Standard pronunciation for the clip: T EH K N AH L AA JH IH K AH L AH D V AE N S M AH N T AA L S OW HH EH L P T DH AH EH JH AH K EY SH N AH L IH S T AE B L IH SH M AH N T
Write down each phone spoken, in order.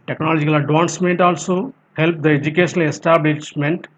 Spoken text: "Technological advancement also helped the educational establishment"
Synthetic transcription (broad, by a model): T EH K N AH L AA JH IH K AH L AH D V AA N S M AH N T AA L S OW HH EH L P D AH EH JH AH K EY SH AH N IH S T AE B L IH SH M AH N T